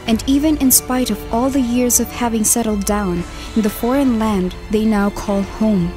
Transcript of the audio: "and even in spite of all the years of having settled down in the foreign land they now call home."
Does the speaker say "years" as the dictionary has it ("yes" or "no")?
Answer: yes